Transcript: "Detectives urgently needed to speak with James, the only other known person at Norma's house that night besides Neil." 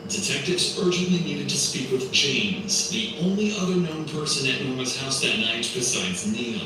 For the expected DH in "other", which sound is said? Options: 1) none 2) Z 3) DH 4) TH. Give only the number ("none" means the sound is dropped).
3